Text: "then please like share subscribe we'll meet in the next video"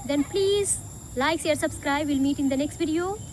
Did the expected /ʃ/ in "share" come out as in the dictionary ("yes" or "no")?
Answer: no